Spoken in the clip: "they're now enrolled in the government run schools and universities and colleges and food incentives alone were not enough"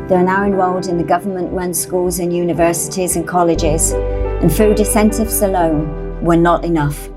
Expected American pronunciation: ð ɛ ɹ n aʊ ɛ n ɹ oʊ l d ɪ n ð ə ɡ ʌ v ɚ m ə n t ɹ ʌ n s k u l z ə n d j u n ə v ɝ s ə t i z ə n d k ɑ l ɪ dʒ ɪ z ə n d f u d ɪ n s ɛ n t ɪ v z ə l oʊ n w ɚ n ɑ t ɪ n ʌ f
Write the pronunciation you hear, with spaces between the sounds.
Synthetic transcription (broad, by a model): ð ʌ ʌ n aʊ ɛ n w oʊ l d ɪ n ð ə ɡ ʌ v ɚ m ə n t ɹ ʌ n s k u l z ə n j u n ə v ɝ s ə t i z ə n k ɑ l ɪ dʒ ɪ z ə n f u d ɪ s ɛ n t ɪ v s ə l oʊ n w ɚ n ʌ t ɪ n ʌ f